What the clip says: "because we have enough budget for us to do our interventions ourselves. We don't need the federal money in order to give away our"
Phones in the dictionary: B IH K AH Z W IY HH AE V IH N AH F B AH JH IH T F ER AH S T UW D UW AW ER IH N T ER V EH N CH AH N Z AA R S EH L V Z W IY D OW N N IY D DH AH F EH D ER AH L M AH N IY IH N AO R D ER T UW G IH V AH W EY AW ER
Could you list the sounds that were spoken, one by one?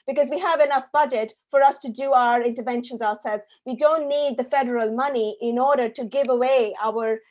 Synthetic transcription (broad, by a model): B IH K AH Z W IY HH AE V IH N AH F B AH JH IH T F ER AH S T UW D UW AW ER IH N T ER V EH N SH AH N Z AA R S EH L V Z W IY D OW N N IY D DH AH F EH D ER AH L M AH N IY IH N AO R D ER T UW G IH V AH W EY AW ER